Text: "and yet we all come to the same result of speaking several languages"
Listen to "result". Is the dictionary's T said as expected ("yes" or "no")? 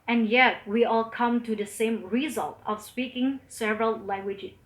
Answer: yes